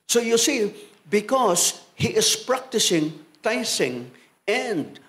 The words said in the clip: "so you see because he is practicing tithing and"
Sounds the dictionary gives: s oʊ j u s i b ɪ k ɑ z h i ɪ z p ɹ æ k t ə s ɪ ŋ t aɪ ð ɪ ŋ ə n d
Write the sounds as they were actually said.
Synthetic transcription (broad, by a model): s oʊ j u s i b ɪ k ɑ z h i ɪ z p ɹ æ k t ə s ɪ ŋ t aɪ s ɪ ŋ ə n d